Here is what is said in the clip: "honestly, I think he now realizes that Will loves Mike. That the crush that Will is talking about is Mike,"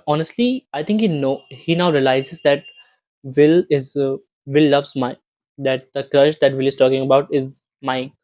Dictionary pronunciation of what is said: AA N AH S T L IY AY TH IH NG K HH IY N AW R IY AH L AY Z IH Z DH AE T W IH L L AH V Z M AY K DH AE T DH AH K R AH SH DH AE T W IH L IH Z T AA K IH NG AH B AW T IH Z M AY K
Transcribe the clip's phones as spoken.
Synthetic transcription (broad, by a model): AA N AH S T L IY AY T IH NG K HH IY N AW R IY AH L AY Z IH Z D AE T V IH L L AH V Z M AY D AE T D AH K R AH SH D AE T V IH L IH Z T AA K IH NG AH B AW T IH Z M AY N